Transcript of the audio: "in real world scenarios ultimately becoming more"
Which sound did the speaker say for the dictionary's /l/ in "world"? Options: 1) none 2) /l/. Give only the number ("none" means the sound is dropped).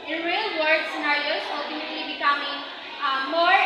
1